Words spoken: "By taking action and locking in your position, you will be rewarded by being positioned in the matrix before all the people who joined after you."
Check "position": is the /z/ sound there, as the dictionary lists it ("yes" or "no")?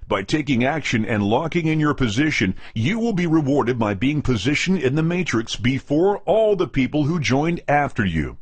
yes